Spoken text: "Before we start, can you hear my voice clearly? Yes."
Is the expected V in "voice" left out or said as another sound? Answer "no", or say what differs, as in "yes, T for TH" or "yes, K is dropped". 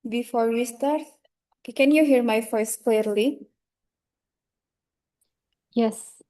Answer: yes, F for V